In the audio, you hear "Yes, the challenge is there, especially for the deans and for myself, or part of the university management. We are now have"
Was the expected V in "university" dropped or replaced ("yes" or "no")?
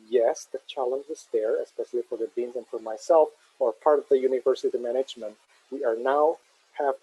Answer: no